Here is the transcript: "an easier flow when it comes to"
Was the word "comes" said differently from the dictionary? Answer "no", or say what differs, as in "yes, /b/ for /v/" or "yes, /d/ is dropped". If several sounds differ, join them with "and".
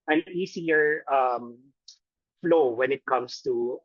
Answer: yes, /s/ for /z/